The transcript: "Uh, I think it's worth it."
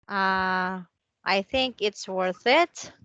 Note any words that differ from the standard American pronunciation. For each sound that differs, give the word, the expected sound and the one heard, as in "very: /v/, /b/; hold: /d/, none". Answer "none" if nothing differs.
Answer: none